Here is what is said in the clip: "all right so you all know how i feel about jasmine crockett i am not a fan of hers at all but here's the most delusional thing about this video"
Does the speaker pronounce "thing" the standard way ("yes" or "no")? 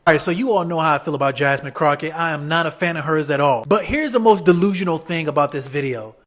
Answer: yes